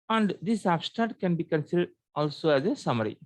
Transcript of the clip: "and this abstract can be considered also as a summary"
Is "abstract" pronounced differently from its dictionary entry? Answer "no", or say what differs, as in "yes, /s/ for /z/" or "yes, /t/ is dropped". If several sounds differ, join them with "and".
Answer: yes, /ɹ/ is dropped and /k/ is dropped